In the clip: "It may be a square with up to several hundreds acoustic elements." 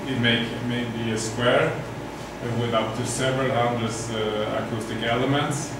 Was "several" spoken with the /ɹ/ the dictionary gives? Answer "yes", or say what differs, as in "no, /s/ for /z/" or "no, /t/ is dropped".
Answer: yes